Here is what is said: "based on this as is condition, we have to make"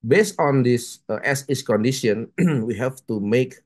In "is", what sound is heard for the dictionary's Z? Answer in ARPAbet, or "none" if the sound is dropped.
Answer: S